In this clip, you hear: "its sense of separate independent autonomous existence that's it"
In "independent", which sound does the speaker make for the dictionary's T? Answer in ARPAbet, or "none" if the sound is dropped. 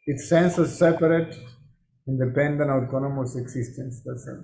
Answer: none